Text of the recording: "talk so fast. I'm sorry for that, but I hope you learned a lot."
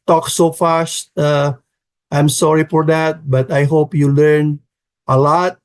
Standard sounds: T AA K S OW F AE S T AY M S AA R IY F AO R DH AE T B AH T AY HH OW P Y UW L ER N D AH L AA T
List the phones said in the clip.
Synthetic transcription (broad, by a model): T AA K S OW F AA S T AY M S AA R IY F AO R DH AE T B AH T AY HH OW P Y UW L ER N AH L AA T